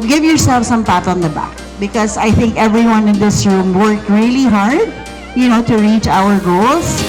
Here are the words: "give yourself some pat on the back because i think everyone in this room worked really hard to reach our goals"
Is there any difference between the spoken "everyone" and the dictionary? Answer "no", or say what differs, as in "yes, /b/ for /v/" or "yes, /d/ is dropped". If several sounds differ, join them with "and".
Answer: no